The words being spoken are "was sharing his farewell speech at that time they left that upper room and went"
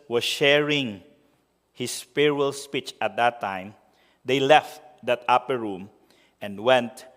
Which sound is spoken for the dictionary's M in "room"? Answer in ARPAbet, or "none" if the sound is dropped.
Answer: M